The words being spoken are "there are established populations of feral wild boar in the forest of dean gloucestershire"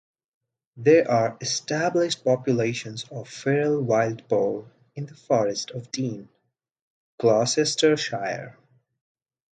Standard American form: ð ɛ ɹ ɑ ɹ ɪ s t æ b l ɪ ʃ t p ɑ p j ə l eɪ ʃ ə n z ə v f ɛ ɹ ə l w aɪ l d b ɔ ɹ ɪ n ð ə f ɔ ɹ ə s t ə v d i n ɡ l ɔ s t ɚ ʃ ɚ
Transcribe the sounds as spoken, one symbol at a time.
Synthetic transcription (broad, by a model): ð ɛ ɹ ɑ ɹ ɪ s t æ b l ɪ ʃ t p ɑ p j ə l eɪ ʃ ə n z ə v f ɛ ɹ l w aɪ l d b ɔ l ɪ n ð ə f ɔ ɹ ə s t ə v d i n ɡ l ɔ s t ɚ ʃ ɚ